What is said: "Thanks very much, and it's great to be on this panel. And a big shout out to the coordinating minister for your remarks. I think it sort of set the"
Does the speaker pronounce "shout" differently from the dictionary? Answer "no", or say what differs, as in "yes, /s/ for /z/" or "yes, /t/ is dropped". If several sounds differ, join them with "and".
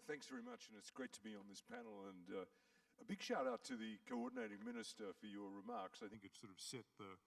no